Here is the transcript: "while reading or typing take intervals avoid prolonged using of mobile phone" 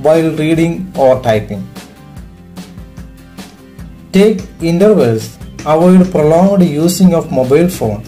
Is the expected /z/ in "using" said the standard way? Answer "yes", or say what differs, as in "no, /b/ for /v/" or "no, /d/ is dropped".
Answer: no, /s/ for /z/